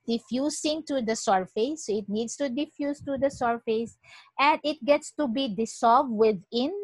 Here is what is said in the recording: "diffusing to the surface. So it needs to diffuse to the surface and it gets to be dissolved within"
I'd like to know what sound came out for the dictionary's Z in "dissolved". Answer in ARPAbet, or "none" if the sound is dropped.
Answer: S